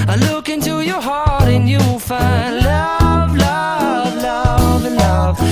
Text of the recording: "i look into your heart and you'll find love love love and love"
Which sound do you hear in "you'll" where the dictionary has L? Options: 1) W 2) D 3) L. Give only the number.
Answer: 1